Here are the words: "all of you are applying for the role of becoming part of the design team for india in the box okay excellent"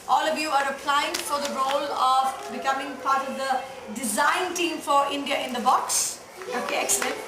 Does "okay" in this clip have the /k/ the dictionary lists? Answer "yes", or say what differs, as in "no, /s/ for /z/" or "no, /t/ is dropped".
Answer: yes